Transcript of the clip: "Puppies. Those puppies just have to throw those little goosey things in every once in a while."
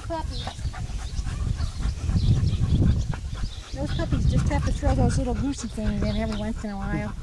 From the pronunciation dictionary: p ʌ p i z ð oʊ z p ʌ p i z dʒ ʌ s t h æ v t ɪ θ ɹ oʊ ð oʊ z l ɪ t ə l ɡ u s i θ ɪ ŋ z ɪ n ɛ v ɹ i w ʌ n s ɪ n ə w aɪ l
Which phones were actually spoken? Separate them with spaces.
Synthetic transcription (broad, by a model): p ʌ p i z ð oʊ z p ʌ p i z dʒ ʌ s t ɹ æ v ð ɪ t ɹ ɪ ð oʊ z l ɪ t l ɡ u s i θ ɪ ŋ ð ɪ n ɛ v ɹ i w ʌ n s ɪ n ə w aɪ l